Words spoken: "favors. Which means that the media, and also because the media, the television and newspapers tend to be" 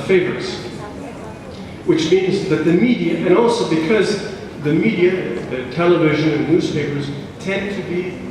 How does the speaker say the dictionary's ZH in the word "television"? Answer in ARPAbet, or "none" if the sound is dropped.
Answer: ZH